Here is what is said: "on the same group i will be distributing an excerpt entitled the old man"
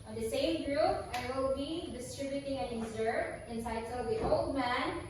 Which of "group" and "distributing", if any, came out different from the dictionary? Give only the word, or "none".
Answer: none